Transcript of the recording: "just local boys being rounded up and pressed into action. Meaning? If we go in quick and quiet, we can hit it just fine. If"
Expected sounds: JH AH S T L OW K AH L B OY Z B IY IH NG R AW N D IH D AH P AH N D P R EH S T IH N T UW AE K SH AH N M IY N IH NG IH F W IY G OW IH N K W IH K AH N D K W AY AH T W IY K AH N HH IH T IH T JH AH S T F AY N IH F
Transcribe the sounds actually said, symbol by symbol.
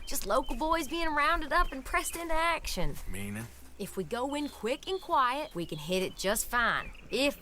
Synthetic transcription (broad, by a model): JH AH S T L OW K L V OY Z B IY IH NG R AW N D IH D AH P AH N P R EH S T IH N T UW AE K SH AH N M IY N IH IH F W IY G OW IH N K W IH K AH N K W AY AH T W IY K AH N HH IH T IH T JH AH S T F AY N IH F